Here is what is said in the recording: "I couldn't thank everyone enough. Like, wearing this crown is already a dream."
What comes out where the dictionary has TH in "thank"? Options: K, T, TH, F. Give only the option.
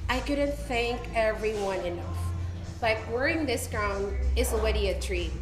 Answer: TH